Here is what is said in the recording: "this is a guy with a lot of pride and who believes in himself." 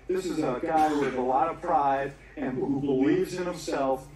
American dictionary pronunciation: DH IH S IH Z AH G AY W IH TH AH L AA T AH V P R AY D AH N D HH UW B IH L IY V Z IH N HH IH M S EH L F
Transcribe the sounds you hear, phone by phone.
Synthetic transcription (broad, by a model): DH IH S IH Z AH G AY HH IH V AH L AA T AH V P R AY D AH N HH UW B IH L IY V Z IH N HH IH M S EH L F